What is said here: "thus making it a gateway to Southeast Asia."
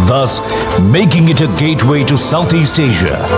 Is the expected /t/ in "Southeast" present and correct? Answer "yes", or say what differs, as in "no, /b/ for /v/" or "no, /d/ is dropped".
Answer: yes